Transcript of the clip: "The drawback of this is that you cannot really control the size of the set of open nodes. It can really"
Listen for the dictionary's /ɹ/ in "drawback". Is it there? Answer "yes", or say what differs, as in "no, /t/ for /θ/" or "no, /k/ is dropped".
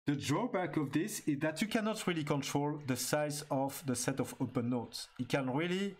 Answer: yes